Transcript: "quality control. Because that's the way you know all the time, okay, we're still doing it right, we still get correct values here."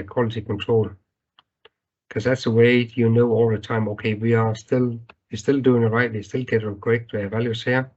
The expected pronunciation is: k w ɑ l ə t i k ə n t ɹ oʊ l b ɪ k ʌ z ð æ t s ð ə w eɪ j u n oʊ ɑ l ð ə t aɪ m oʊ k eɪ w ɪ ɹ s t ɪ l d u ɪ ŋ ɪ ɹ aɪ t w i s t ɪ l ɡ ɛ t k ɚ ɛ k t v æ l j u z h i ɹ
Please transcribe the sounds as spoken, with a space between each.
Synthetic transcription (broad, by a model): k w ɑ l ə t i k ə n t ɹ oʊ l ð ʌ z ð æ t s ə w eɪ j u n oʊ ɑ l ð ə t aɪ m oʊ k eɪ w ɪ l s t ɪ l d u ɪ ŋ ɪ ɹ aɪ t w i s t ɪ l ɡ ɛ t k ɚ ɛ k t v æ l j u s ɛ